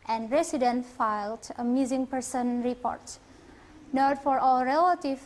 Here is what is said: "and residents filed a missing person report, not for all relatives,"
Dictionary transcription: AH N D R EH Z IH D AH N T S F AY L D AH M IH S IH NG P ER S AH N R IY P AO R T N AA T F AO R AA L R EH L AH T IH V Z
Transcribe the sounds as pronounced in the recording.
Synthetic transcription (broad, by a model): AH N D R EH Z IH D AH N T F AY L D AH M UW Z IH NG P ER S AH N R IY P AO R T N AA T F AO R AA L R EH L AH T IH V